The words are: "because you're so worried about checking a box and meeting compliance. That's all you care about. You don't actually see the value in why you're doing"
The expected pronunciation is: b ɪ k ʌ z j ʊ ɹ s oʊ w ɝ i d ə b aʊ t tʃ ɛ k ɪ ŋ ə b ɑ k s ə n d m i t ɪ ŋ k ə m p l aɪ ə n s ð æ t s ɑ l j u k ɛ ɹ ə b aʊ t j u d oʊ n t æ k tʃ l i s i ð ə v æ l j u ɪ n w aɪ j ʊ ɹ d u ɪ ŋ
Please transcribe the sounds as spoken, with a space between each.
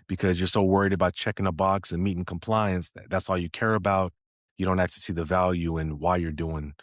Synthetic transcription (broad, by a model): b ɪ k ʌ z j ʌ ɹ s oʊ w ɝ i d ə b aʊ t tʃ ɛ k ɪ ŋ ə b ɑ k s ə n m i t ɪ ŋ k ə m p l aɪ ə n s ð æ t s ɑ l j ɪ k ɛ ɹ ə b aʊ t j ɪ d oʊ n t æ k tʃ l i s i ð ə v æ l j u ɪ n w aɪ j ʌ ɹ d u ɪ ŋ